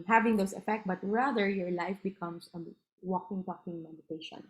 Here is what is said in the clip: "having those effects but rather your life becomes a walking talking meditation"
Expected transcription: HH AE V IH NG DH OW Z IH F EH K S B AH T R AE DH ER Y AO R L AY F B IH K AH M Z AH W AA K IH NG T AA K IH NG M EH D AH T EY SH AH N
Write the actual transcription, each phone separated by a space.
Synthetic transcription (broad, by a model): HH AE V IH NG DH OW S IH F EH K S B AH T R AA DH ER Y AO R L AY F B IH K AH M S AH W AA K IH NG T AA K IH NG M EH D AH T EY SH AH N